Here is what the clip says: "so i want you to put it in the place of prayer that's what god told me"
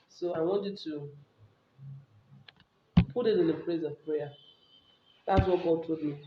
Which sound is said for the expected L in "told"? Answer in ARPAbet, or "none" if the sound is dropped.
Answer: none